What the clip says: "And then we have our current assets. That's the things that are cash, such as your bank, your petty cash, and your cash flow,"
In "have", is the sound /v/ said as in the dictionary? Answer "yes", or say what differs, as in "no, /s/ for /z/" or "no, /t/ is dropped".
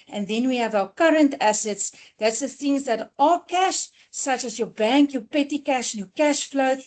yes